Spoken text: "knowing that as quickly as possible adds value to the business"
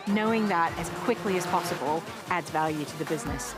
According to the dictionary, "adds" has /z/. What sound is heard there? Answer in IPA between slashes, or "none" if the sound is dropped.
/z/